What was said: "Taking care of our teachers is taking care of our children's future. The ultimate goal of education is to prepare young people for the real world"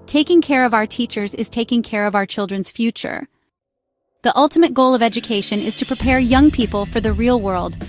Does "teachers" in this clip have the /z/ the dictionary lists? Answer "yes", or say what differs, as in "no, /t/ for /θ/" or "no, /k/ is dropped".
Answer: yes